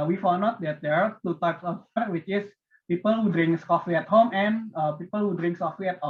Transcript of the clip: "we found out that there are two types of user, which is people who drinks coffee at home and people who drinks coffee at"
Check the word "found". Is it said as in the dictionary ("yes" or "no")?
no